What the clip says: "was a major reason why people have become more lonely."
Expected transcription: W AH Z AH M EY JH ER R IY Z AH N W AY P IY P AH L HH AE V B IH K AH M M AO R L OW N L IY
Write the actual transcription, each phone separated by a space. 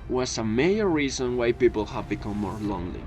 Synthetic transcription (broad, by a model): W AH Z AH M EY ER R IY Z AH N W AY P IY P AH L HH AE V B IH K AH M M AO R L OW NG L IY